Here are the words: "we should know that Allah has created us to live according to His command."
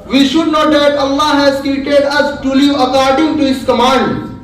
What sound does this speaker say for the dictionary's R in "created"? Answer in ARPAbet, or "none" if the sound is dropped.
none